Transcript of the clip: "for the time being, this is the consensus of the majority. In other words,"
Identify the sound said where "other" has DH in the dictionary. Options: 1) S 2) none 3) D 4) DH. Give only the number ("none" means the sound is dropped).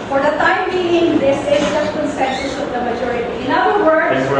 2